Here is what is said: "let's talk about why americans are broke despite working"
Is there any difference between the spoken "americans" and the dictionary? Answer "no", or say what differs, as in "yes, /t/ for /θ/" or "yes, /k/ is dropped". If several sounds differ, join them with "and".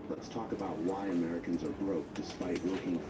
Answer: no